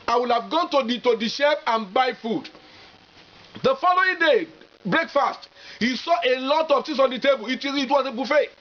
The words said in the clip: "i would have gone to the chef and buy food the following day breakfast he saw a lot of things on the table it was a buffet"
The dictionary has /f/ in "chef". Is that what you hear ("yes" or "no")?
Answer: no